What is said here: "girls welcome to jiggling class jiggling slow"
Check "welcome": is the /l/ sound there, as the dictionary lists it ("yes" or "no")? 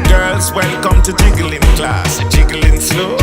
no